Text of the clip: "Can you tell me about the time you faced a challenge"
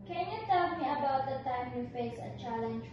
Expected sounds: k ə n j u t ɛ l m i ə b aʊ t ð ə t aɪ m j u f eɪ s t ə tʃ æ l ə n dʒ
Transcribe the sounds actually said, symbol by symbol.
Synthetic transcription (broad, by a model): k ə n j u t ɛ l m i ə b aʊ t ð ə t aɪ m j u f eɪ s ə tʃ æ l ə n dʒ